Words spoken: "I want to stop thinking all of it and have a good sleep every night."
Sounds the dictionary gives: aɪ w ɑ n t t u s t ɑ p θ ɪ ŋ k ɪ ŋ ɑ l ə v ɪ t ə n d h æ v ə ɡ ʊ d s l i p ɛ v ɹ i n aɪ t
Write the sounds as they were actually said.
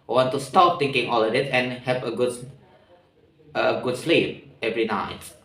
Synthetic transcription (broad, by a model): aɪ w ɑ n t t u s t ɑ p t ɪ ŋ k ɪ ŋ ɑ l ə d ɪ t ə n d h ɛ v ə ɡ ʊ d s l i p ɛ v ɹ i n aɪ t